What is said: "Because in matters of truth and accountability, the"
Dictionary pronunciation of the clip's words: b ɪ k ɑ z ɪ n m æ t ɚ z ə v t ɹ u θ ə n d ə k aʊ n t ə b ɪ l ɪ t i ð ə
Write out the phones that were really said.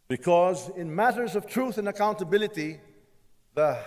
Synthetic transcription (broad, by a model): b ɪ k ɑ z ɪ n m æ t ɚ z ə v t ɹ u θ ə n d ə k aʊ n t ə b ɪ l ɪ t i ð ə